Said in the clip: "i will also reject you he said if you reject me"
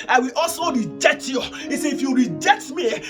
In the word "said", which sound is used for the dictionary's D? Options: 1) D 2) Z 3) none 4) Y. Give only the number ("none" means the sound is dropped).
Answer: 3